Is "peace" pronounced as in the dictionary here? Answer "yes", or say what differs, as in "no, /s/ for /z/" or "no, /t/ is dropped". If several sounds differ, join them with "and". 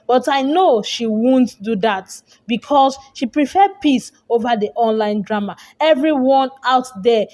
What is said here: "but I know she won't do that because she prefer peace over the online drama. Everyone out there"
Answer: yes